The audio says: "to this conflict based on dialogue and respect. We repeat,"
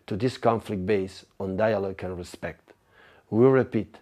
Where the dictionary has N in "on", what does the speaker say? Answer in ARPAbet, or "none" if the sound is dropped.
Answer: N